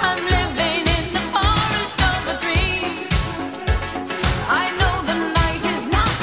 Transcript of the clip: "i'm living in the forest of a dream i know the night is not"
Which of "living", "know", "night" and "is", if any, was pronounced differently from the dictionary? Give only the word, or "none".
none